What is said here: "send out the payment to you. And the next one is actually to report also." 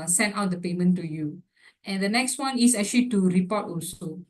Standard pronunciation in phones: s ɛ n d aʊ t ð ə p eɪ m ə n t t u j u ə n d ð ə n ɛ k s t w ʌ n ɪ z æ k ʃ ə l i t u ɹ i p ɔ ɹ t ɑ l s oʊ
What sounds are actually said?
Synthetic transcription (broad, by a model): s ɛ n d aʊ t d ə p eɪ m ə n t t u j u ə n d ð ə n ɛ k s t w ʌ n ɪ s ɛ k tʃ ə l i t u ɹ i p ɔ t ɑ l s oʊ